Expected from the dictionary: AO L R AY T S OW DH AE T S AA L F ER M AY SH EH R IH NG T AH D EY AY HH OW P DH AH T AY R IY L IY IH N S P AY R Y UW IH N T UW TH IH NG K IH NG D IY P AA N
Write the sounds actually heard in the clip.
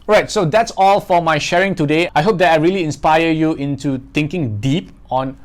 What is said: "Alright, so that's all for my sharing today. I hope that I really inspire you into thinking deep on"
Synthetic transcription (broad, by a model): R AY T S OW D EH T S AA L F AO M AY SH EH R IH NG T AH D EY AY HH OW P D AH T AY R IY L IY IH N S P AY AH Y UW IH N T UW T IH NG K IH NG D IY P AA N